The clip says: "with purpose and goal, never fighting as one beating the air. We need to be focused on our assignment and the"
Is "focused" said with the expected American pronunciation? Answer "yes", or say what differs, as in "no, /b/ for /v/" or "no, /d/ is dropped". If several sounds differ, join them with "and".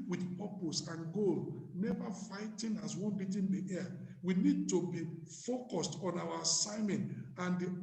yes